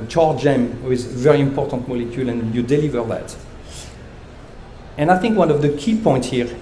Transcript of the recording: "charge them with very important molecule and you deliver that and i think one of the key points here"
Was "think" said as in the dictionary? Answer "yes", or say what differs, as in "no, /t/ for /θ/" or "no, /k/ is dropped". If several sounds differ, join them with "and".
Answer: yes